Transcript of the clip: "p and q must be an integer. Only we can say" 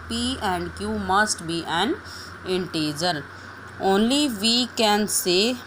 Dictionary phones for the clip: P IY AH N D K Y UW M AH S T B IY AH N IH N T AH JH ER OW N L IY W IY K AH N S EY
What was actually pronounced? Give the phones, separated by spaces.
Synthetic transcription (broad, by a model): P IY AH N D K Y UW M AH S T B IY AH N IH N T AH JH ER OW N L IY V IY K AH N S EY